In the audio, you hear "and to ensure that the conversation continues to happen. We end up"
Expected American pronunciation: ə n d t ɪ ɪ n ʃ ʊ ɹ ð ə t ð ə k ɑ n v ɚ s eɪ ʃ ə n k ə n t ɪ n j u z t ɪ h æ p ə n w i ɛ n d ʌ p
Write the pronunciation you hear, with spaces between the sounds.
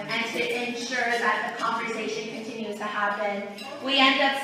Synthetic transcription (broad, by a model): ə n t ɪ ɪ n ʃ ʊ ɹ ð ə t ð ə k ɑ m v ɚ s eɪ ʃ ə n k ə n t ɪ n j u z t ɪ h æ b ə n w i ɛ n d ʌ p